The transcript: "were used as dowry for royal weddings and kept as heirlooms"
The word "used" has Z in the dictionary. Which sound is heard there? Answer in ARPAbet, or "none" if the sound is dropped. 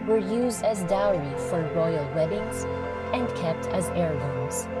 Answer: Z